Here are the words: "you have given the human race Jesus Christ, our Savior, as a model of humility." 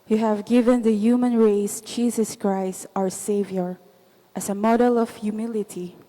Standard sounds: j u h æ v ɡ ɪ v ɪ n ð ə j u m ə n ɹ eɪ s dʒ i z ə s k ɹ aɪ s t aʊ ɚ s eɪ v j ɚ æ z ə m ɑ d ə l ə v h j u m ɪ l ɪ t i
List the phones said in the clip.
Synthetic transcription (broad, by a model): j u h æ v ɡ ɪ v ɪ n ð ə j u m ə n ɹ eɪ s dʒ i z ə s k ɹ aɪ s t aʊ ɚ s eɪ v j ɚ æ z ə m ɑ d ə l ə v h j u m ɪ l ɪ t i